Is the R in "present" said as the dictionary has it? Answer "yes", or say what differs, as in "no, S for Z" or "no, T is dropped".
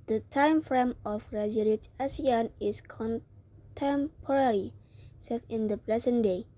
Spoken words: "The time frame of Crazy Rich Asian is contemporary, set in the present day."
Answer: no, L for R